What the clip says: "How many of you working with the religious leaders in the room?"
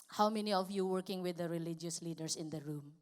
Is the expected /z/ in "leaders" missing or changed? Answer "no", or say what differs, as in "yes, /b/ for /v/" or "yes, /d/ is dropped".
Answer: yes, /s/ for /z/